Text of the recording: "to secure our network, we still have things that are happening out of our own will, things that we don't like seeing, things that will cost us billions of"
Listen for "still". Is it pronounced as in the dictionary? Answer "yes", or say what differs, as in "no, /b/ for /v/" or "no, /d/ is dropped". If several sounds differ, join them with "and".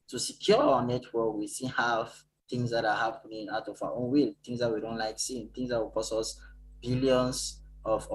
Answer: no, /n/ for /l/